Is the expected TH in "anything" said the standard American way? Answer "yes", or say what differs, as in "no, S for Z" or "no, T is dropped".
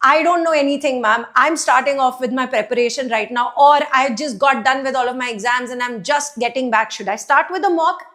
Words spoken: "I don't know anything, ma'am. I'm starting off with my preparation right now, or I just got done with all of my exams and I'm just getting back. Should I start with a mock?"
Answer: no, T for TH